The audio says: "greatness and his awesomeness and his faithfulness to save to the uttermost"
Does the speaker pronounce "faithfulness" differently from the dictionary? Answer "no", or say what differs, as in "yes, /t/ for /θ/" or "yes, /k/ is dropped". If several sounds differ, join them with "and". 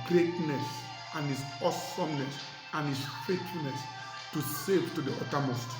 yes, /l/ is dropped